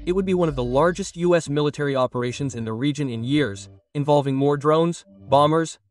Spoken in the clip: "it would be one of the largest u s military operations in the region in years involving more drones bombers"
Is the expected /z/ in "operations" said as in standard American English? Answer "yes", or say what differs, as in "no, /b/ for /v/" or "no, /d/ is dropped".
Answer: yes